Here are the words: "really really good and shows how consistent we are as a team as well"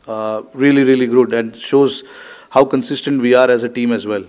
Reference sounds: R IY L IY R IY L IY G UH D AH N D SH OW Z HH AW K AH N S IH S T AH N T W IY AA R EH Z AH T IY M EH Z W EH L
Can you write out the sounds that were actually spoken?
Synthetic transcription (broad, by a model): R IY L IY R IY L IY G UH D AH N D SH OW Z HH AW K AH N S IH S T AH N T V IY AA R EH Z AH T IY M EH Z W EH L